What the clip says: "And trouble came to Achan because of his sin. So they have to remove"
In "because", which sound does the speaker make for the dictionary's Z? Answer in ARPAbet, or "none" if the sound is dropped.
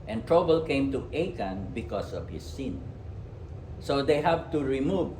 S